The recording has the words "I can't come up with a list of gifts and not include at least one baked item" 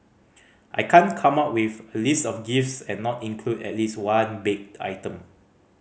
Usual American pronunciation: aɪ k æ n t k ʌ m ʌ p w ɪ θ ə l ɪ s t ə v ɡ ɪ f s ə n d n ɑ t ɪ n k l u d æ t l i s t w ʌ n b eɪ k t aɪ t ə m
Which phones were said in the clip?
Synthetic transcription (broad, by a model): aɪ k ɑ n k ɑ m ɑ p w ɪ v ə l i s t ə f ɡ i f s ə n n ɑ t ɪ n k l u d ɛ t l i s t w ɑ n b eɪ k aɪ t ə m